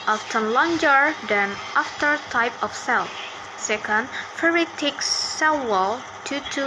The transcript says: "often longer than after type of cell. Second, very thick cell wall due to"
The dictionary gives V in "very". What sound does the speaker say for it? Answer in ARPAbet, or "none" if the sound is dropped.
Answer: F